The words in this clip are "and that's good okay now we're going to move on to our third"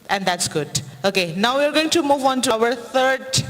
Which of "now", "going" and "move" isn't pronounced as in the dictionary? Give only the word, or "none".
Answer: none